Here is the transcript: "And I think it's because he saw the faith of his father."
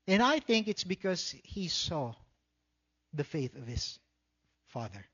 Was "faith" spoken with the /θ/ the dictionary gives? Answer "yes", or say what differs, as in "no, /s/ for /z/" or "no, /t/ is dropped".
yes